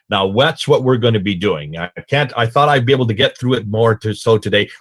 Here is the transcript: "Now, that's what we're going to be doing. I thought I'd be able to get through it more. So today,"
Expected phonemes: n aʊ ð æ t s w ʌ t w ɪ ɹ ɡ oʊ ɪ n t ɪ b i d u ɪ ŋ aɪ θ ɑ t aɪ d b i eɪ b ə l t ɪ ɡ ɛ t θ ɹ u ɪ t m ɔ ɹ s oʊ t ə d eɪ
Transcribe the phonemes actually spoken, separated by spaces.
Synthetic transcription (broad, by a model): n aʊ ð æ t s w ʌ t w ɪ ɹ ɡ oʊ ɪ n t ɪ b i d u ɪ ŋ aɪ θ ɑ t aɪ d b i eɪ b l t ɪ ɡ ɛ t θ ɹ u ɪ t m ɔ ɹ s oʊ t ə d eɪ